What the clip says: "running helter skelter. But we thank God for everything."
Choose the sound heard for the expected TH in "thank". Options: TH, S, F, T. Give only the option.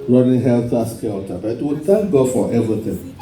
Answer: T